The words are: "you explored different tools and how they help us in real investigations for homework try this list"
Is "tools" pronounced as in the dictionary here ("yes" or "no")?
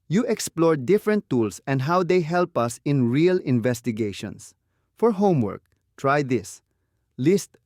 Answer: no